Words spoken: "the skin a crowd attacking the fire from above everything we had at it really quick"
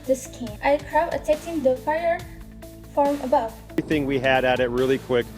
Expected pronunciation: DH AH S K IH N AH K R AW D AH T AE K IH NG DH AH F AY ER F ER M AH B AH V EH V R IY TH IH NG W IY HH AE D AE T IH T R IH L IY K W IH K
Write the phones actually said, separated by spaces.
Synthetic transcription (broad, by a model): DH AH S K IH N AH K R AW AH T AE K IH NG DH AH F AY ER F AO M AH B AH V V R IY TH IH NG W IY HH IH D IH T IH T R IH L IY K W IH K